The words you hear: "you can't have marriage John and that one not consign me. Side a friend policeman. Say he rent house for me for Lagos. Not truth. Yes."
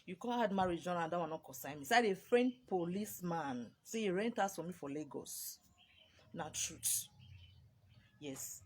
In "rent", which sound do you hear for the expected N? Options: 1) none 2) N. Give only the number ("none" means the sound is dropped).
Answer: 2